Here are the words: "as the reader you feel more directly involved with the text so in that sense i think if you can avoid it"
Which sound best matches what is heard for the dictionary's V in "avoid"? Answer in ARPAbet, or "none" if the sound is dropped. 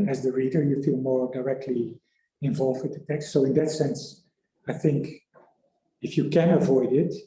V